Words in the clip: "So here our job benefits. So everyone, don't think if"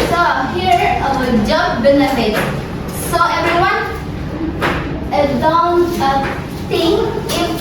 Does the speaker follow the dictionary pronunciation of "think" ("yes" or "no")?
no